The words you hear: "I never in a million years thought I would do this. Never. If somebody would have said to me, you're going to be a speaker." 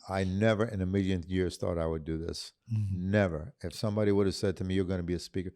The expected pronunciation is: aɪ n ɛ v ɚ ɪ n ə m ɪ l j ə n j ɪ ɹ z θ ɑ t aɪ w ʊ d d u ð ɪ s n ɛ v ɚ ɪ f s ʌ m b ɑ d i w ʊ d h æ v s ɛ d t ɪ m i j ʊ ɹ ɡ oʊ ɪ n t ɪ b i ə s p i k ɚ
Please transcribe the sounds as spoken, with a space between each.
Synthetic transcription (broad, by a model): aɪ n ɛ v ɚ ɪ n ə m ɪ l j ə n j ɪ ɹ z θ ɑ t aɪ w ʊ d d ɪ ð ɪ s n ɛ v ɚ ɪ f s ʌ m b ɑ d i w ʊ d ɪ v s ɛ d t ɪ m i j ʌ ɹ ɡ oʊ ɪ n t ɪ b i ə s p i k ɚ